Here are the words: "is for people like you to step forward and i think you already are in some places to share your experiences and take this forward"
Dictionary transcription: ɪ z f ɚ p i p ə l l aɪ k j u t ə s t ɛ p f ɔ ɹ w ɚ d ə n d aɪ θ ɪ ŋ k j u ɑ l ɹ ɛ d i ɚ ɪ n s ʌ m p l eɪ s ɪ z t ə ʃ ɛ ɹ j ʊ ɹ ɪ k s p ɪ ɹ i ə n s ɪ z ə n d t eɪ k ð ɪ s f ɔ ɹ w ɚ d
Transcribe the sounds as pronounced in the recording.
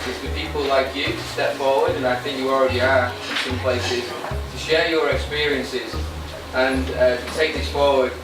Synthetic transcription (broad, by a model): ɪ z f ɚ p i p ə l l aɪ k j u t ə s t ɛ p f ɔ ɹ w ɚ d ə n aɪ θ ɪ ŋ k j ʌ ɑ l ɹ ɛ d i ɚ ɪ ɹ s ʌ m p l eɪ s ɪ z t ə ʃ ɛ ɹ j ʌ ɹ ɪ k s p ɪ ɹ i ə n s ɪ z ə n t eɪ k ð ɪ s f ɔ ɹ w ɚ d